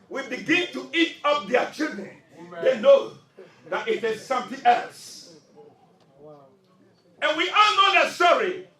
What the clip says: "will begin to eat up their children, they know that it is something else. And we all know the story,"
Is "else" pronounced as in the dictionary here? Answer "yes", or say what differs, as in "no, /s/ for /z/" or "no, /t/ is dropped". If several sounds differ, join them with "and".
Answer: yes